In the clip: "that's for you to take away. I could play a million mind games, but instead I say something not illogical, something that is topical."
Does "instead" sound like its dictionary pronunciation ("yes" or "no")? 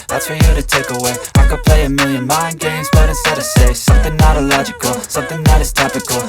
no